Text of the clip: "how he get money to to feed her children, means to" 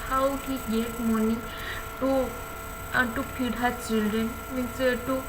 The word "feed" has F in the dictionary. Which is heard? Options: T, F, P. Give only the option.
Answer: P